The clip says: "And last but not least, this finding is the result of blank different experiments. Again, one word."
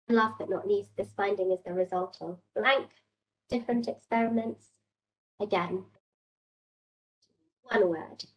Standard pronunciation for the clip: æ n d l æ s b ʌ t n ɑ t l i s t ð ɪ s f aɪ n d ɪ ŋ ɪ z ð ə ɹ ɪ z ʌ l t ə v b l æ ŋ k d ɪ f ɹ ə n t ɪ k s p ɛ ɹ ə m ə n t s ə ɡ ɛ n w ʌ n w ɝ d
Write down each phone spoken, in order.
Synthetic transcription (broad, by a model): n l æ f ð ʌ t n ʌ t n i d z ð ɪ s f aɪ n d ɪ ŋ ɪ z ð ə ɹ ɪ z ʌ l t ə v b l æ ŋ k d ɪ f ɹ ə n t ɪ k s p ɛ ɹ ə m ə n t s ə ɡ ɛ n w ʌ n w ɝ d